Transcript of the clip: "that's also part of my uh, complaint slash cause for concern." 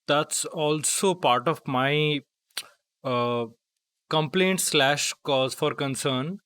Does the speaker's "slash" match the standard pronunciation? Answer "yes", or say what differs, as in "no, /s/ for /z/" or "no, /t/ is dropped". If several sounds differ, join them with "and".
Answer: yes